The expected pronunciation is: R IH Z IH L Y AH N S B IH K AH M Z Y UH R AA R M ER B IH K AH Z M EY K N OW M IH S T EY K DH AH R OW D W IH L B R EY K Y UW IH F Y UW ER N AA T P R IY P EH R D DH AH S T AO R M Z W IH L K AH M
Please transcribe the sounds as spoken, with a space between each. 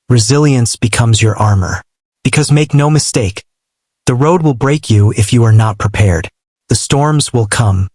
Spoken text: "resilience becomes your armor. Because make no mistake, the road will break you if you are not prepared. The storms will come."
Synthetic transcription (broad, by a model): R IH Z IH L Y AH N S B IH K AH M Z Y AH R AA R M ER B IH K AH Z M EY K N OW M IH S T EY K DH AH R OW D W IH L B R EY K Y UW IH F Y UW ER N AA T P R IY P EH R D DH AH S T AO R M Z W IH L K AH M